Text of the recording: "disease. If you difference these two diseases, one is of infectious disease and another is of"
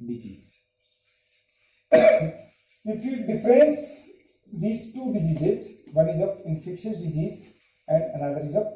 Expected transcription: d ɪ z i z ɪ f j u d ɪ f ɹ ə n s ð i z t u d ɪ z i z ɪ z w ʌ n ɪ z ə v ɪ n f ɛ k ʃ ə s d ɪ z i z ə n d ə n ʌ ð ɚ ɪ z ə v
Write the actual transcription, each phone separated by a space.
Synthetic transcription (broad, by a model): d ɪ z i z ɪ f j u d ɪ f ɹ ə n s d i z t u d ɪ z i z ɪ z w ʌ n ɪ z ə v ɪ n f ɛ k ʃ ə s d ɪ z i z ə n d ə n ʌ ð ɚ ɪ z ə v